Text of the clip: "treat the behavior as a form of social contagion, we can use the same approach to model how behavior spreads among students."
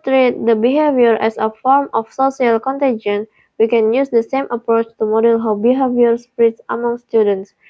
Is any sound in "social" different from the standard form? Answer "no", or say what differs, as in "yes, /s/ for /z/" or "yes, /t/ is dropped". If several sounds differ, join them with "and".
yes, /s/ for /ʃ/